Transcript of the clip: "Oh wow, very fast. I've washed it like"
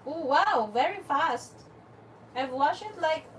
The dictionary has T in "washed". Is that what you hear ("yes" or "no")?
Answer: no